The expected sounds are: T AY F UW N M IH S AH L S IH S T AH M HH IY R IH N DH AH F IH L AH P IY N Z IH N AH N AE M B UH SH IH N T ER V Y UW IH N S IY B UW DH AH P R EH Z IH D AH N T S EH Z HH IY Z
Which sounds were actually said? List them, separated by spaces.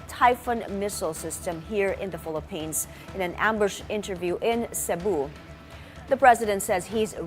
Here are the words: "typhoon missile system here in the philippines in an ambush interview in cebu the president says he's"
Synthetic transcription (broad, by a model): T AY F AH N M IH S L S IH S T AH M HH IY R IH N DH AH F IH L AH P IY N Z IH N AH N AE M B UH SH IH N T ER V Y UW IH N S IY B UW DH AH P R EH Z IH D AH N T S EH Z HH IY Z